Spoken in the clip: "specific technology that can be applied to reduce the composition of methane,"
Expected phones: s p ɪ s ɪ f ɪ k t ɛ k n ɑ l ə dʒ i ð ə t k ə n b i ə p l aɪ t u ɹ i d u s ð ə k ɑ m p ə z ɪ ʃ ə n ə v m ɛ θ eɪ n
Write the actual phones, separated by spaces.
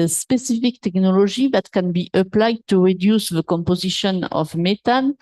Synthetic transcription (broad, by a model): s p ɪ s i f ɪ k t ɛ k n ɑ l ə ʒ i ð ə t k ə n b i ə p l aɪ t u ɹ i d u s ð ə k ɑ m p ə z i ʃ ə n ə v m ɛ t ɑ n